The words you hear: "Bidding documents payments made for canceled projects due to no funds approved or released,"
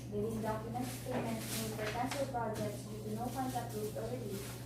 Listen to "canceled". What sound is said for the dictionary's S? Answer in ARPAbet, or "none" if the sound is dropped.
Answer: SH